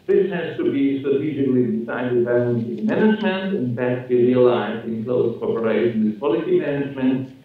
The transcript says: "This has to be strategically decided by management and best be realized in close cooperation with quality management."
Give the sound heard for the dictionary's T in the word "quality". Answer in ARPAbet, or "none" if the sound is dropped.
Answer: S